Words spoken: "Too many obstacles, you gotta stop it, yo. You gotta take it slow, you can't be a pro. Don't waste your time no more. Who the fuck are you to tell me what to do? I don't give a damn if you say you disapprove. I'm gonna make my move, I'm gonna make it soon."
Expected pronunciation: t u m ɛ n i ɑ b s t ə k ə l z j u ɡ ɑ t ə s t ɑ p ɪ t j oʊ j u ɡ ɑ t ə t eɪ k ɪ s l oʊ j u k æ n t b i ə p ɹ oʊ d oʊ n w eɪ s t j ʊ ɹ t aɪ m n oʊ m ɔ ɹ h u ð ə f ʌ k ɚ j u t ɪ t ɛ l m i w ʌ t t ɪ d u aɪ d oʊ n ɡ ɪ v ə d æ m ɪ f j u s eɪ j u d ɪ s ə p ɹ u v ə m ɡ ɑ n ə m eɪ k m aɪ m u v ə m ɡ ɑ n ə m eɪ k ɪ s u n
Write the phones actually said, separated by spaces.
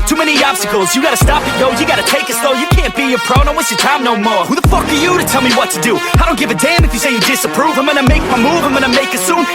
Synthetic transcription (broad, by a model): t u m ɛ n i ɑ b s t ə k l z j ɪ ɡ ɑ t ə s t ɑ p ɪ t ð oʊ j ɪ ɡ ɑ t ə t eɪ k ɪ s l oʊ j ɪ k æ n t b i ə p ɹ oʊ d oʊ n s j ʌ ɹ t aɪ m n oʊ m ɔ ɹ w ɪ ð ə f ʌ k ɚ j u t ɪ t ɛ l m i w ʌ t t ɪ d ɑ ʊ d oʊ n ɡ ɪ v ə d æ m ɪ f j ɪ s eɪ j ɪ d ɪ s ə p ɹ u v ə m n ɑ ə m eɪ k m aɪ m u v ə m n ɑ ə m eɪ k ɪ s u n